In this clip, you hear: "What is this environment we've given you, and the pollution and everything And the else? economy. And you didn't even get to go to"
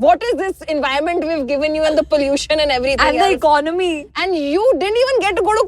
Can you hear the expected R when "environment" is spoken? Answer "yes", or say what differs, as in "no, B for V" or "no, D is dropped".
no, R is dropped